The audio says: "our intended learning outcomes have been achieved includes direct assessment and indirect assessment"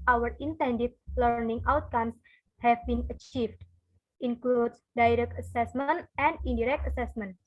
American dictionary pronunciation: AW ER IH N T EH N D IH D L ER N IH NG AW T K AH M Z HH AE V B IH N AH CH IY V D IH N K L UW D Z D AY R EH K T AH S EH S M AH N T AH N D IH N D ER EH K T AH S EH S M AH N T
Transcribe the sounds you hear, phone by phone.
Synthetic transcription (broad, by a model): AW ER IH N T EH N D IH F L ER N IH NG AW T K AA M S HH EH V B IH N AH CH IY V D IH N K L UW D S D AY R EH K T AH S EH S M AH N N AH N D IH D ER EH K T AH S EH S M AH N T